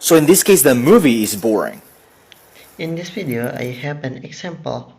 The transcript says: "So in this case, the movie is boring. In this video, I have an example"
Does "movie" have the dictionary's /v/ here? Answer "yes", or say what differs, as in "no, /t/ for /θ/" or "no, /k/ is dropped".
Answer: yes